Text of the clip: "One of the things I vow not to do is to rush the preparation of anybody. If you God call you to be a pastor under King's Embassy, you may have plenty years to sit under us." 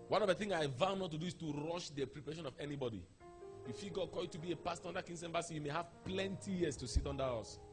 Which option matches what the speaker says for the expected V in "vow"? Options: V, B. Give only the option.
V